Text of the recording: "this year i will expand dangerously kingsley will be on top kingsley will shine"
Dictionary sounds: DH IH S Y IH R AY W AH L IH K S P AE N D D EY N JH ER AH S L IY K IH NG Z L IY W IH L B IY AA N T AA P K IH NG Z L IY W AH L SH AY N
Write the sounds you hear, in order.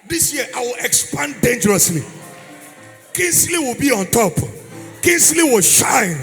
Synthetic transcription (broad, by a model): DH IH S Y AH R AY W AH L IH K S P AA N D D EY N JH ER AH S L IY K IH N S L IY W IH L B IY AA N T AA P K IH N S L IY W AH L SH AY N